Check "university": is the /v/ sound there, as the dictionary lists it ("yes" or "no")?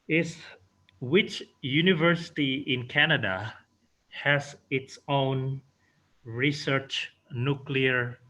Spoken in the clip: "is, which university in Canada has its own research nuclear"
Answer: yes